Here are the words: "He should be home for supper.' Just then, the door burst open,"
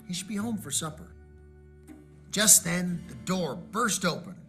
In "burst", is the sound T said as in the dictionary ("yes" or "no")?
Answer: yes